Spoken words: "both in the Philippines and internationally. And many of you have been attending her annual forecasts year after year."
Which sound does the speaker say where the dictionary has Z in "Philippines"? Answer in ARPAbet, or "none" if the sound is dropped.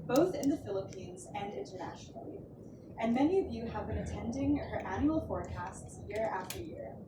Z